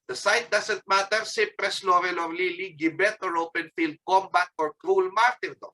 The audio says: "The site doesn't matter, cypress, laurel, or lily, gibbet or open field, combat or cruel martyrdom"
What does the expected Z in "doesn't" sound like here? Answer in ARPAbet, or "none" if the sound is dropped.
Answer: S